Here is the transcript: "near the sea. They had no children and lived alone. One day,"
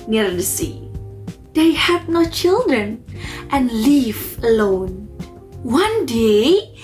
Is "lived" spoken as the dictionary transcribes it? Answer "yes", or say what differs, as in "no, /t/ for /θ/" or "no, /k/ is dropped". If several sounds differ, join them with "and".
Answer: no, /d/ is dropped